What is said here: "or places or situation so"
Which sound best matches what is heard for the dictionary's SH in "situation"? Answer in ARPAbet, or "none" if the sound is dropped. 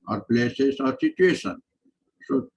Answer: S